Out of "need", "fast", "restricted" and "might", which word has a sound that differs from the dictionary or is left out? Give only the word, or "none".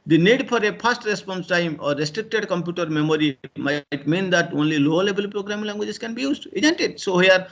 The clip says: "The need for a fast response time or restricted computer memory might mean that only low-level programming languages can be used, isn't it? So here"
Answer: fast